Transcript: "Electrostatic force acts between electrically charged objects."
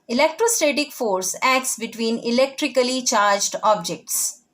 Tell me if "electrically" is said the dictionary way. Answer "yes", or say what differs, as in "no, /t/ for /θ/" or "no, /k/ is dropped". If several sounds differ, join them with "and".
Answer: yes